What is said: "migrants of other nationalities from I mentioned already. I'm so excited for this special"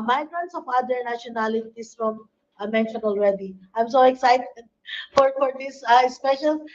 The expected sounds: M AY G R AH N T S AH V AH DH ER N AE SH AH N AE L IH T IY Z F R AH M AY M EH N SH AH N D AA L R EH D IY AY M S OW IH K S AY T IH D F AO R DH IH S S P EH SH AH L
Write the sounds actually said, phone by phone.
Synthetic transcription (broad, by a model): M AY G R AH N T S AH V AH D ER N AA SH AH N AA L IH T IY S F R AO M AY M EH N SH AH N AA L R EH D IY AY M S OW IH K S AY T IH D F AO R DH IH S S P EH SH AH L